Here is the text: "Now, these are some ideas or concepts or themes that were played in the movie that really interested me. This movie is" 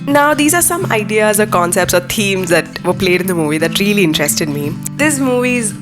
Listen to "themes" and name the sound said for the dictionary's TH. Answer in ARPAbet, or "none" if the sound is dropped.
T